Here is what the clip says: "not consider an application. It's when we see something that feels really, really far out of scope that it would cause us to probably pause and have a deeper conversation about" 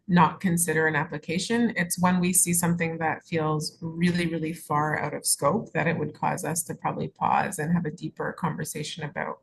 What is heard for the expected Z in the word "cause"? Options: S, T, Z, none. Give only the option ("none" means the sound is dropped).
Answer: Z